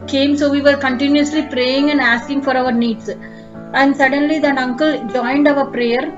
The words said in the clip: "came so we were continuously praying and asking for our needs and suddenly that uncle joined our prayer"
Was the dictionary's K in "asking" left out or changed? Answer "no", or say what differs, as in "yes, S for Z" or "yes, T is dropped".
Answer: no